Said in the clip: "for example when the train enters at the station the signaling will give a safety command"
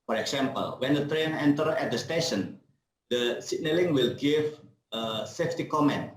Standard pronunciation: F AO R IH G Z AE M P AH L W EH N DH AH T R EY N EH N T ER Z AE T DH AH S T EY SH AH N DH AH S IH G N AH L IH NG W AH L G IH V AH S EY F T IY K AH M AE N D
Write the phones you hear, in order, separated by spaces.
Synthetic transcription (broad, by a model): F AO R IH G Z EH M P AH L W EH N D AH T R EY N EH N T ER EH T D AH S T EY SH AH N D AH S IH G N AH L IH NG W AH L G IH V AH S EY F T IY K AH M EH N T